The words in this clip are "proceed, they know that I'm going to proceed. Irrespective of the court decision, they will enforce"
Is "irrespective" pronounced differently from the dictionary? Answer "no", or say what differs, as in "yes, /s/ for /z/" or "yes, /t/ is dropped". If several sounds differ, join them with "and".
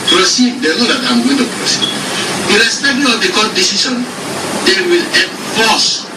yes, /v/ is dropped